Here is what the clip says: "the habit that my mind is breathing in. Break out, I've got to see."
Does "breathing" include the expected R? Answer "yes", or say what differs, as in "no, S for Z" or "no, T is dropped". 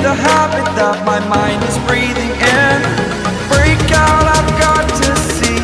yes